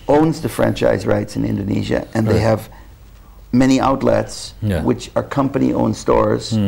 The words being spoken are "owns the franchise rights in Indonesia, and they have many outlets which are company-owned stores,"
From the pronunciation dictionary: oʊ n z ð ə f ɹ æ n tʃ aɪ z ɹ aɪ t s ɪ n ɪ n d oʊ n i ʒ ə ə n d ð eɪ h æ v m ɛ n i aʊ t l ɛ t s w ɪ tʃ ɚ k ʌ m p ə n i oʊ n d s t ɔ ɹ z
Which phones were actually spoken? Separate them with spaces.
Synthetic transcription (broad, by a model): oʊ n z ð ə f ɹ æ n tʃ aɪ z ɹ aɪ t s ɪ n ɪ n d oʊ n i ʒ ə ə n ð eɪ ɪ v m ɛ n i aʊ t l ɛ t s w ɪ tʃ ɚ k ʌ m p ə n i oʊ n s t ɔ ɹ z